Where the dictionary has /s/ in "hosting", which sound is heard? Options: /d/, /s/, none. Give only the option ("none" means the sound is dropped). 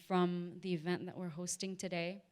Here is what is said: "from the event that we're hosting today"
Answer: /s/